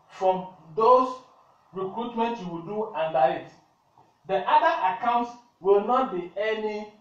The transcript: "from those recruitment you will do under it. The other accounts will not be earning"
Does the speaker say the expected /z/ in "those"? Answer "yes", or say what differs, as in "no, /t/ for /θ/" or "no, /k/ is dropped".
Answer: no, /s/ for /z/